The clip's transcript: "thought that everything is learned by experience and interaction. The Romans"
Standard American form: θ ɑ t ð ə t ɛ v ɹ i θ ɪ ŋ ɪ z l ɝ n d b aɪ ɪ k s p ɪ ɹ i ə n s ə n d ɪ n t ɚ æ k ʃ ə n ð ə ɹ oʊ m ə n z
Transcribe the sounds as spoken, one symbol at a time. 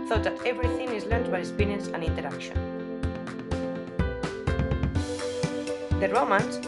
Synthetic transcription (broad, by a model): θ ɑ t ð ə t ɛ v ɹ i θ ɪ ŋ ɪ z l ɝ n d b aɪ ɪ s p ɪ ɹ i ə n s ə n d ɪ n t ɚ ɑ k ʃ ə n ð ə ɹ oʊ m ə n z